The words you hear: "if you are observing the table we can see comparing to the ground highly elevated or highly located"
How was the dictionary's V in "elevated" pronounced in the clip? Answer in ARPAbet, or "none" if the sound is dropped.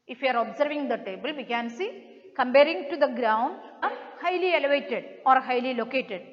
V